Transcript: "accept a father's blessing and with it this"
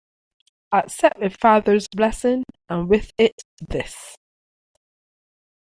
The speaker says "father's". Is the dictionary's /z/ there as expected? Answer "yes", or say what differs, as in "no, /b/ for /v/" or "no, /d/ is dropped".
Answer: yes